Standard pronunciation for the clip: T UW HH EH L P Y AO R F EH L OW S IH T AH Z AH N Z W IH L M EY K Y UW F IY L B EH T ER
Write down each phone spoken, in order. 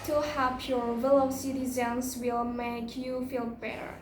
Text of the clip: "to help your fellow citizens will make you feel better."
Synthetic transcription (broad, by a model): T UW HH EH P Y AO R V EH L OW S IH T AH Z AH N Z W IH L M EY K Y UW F IY L B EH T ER